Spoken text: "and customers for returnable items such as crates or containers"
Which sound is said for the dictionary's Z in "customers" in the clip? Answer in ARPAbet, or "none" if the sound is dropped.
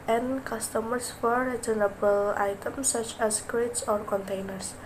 S